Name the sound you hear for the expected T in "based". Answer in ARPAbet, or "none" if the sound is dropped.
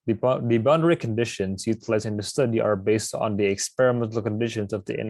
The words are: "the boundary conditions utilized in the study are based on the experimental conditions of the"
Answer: T